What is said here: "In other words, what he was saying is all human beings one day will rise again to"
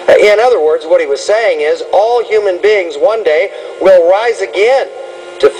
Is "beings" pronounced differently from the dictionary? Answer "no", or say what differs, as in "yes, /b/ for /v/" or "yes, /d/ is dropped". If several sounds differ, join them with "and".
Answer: no